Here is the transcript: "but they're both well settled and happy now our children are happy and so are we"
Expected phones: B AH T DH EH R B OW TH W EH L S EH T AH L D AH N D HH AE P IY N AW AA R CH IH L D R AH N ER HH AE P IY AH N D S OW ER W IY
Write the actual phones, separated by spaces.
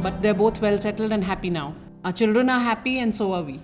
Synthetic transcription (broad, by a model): B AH T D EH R B OW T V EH L S EH T AH L D AH N D HH AE P IY N AW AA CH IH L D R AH N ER HH AE P IY AH N D S OW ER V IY